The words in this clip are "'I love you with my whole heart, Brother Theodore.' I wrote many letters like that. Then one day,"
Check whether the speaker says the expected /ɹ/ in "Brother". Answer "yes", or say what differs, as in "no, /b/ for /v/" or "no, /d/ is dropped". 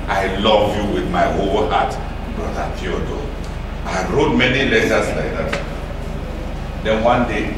no, /ɹ/ is dropped